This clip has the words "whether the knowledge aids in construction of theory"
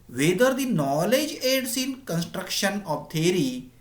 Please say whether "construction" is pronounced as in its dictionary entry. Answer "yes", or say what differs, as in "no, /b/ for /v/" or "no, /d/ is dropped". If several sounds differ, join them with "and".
yes